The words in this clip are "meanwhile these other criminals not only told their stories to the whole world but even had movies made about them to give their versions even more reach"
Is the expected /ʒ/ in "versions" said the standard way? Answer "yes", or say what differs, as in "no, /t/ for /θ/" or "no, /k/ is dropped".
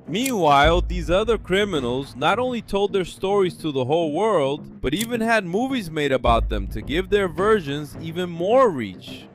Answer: yes